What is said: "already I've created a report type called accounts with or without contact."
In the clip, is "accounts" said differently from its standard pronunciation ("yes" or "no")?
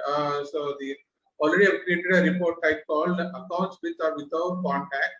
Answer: no